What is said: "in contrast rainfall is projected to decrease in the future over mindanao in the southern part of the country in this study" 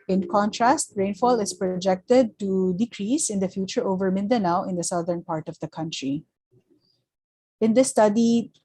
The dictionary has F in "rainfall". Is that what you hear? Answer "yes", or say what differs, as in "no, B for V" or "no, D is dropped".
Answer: yes